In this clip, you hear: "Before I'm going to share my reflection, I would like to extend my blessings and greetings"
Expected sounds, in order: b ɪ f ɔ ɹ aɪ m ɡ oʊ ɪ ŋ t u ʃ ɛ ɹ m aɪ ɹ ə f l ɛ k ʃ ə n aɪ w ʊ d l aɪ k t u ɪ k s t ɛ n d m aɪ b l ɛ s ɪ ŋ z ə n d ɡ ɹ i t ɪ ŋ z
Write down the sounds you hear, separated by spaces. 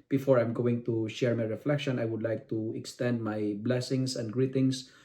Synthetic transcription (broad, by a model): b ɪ f ɔ ɹ aɪ m ɡ oʊ ɪ ŋ t u ʃ ɛ ɹ m aɪ ɹ ə f l ɛ k ʃ ə n aɪ w ʊ d l aɪ k t u ɪ k s t ɛ n d m aɪ b l ɛ s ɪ ŋ s ə n d ɡ ɹ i t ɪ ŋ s